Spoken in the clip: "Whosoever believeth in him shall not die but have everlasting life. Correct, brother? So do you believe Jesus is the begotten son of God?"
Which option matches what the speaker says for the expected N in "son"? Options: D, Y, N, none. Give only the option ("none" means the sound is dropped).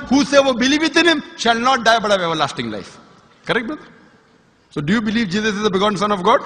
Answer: N